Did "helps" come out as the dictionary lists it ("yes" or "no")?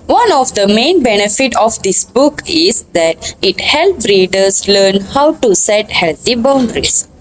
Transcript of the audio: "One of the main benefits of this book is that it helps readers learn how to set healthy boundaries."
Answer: no